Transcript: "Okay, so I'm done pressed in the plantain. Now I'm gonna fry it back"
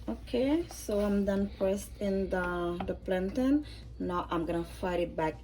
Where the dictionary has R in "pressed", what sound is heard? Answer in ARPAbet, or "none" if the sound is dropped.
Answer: none